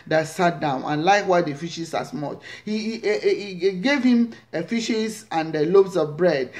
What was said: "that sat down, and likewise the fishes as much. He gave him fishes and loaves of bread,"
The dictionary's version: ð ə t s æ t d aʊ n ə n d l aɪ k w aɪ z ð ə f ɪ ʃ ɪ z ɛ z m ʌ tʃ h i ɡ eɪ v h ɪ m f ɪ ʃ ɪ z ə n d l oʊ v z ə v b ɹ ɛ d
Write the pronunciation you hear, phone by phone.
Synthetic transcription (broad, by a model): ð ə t s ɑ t d aʊ n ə n l aɪ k w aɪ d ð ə f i ʃ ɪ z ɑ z m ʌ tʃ h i ɡ eɪ v h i m f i ʃ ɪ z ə n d l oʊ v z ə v b ɹ ɛ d